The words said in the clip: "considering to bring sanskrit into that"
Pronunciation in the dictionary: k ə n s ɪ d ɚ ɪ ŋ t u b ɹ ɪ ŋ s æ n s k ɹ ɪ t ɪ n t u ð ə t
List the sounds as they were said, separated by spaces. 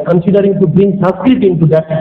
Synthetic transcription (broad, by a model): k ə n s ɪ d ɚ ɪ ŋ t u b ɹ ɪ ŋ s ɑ s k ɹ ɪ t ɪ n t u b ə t